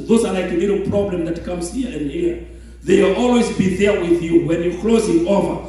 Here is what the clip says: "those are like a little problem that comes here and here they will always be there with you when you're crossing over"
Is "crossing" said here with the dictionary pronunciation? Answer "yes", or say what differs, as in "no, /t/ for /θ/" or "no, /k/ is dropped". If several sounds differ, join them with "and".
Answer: no, /l/ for /ɹ/